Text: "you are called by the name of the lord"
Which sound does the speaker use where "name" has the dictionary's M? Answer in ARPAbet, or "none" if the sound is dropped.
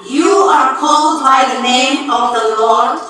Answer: M